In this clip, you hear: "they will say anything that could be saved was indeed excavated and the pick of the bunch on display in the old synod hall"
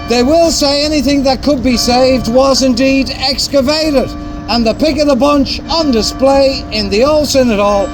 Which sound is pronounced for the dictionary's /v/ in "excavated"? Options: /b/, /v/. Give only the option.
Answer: /v/